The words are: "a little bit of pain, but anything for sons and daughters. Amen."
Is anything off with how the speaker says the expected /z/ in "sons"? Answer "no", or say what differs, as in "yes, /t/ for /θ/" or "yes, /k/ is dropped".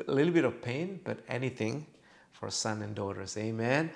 yes, /z/ is dropped